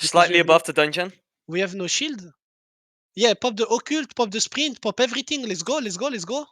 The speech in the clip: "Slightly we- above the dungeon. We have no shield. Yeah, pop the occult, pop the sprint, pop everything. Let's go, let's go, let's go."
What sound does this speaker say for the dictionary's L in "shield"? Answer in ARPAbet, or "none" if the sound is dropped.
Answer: L